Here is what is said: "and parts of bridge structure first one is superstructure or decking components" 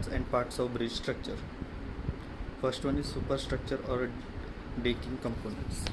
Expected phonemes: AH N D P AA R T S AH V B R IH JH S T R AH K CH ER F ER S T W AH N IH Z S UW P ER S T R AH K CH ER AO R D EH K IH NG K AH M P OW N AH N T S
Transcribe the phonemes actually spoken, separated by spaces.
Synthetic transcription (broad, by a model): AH N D P AA R T S AH V B R IH JH S T R AH K CH ER F ER S T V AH N IH Z S UW P ER S T R AH K CH ER AO R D EH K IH NG K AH M P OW N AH N T S